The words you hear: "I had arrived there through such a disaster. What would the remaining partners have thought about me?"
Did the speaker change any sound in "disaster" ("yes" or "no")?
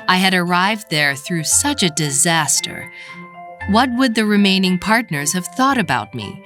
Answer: no